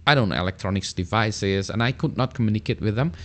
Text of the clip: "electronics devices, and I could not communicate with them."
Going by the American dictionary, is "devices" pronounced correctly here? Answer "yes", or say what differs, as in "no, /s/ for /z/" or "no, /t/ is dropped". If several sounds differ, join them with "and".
yes